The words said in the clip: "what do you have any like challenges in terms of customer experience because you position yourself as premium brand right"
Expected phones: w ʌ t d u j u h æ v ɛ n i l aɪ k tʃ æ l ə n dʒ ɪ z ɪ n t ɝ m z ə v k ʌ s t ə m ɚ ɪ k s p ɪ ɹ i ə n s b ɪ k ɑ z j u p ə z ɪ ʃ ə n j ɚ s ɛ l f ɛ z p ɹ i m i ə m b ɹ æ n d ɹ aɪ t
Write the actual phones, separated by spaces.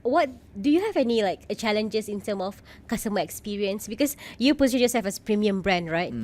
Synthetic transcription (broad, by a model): w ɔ t d u j u h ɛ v ɛ n i l aɪ k tʃ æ l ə n dʒ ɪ s ɪ n t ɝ m ə f k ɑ s t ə m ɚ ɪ k s p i ɹ i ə n s b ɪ k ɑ s j u p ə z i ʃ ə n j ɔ s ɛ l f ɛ s p ɹ i m i ə m b ɹ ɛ n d ɹ aɪ t